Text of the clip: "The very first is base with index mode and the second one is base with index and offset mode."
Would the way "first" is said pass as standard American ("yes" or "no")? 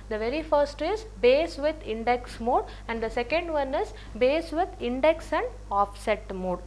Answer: yes